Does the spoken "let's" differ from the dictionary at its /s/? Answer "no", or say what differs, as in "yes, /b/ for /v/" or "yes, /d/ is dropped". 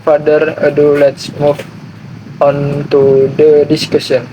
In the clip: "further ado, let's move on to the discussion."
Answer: no